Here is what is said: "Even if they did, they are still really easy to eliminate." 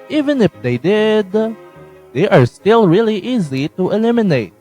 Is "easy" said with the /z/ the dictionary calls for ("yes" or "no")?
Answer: yes